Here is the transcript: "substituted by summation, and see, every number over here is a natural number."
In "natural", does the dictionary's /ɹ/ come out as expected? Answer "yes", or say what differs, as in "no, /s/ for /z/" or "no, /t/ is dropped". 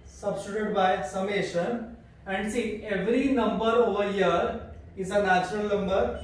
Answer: yes